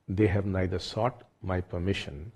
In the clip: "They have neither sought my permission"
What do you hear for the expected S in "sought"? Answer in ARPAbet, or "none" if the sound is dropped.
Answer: S